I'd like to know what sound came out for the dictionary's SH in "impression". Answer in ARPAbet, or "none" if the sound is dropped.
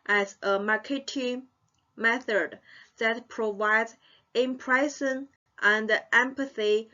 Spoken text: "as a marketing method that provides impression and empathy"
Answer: S